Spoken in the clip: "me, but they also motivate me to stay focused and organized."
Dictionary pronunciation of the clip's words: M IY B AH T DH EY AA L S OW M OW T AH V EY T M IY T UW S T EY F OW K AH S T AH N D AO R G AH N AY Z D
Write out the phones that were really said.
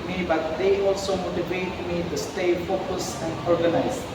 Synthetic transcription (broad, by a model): M IY B AH T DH EY AA L S OW M OW T AH V EY T M IY T UW S T EY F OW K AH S AH N D AO R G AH N AY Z